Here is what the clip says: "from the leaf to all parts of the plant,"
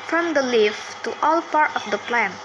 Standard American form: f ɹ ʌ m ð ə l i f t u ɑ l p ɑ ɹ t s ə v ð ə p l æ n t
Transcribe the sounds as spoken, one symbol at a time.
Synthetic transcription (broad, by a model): f ɹ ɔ m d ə l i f t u ɑ l p ɑ ɹ t ə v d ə p l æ n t